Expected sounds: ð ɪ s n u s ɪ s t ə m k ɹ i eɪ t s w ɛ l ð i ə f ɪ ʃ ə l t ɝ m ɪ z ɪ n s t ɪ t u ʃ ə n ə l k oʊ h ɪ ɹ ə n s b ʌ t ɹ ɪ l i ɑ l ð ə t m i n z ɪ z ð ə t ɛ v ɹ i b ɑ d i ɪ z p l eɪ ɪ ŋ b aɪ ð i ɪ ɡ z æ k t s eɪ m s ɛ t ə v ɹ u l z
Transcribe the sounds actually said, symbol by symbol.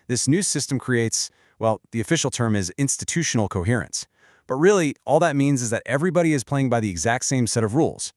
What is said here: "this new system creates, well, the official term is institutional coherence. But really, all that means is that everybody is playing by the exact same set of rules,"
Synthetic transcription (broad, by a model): ð ɪ s n u s ɪ s t ə m k ɹ i eɪ t s w ɛ l ð i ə f ɪ ʃ l t ɝ m ɪ z ɪ n s t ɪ t u ʃ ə n l k oʊ h ɪ ɹ ə n s b ʌ t ɹ ɪ l i ɑ l ð ə t m i n z ɪ z ð ə t ɛ v ɹ i b ɑ d i ɪ z p l eɪ ɪ ŋ b aɪ ð i ɪ ɡ z æ k t s eɪ m s ɛ t ə v ɹ u l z